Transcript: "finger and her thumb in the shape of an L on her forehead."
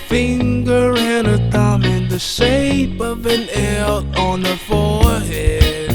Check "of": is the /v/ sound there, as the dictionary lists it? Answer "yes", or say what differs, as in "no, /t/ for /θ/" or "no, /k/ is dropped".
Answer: yes